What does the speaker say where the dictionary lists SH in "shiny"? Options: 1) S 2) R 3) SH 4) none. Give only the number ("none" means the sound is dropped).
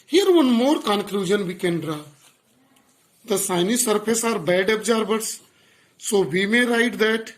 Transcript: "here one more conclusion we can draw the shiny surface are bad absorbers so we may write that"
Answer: 1